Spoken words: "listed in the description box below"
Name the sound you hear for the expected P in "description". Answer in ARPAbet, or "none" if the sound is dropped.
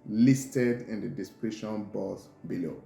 none